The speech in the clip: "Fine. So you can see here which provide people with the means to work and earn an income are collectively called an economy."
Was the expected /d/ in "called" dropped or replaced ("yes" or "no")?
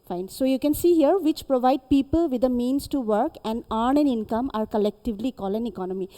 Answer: yes